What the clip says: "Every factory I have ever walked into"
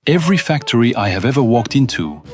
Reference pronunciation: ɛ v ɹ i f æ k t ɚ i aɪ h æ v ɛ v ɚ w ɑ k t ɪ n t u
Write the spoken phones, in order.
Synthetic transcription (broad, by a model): ɛ v ɹ i f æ k t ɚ i aɪ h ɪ v ɛ v ɚ w ɑ k t ɪ n t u